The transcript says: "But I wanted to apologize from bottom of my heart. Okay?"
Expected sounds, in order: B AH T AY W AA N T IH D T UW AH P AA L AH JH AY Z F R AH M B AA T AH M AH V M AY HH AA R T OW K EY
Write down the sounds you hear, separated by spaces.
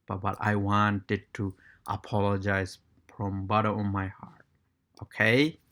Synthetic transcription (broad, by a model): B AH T AY W AA N T IH D T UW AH P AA L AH JH AY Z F R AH M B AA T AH AH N M AY HH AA R T OW K EY